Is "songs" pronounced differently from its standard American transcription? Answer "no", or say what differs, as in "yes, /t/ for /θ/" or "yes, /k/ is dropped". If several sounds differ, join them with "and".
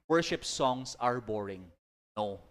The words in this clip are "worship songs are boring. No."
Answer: yes, /s/ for /z/